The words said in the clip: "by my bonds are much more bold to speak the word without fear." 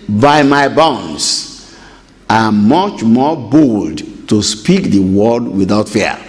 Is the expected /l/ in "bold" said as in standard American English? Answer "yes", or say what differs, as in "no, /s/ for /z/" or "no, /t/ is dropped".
yes